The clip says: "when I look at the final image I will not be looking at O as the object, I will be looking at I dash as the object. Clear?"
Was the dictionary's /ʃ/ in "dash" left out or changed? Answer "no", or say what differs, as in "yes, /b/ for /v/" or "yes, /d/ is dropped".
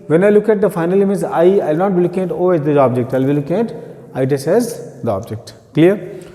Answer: yes, /s/ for /ʃ/